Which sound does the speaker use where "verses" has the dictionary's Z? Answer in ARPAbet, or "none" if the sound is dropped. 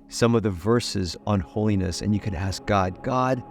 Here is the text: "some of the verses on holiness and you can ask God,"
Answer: Z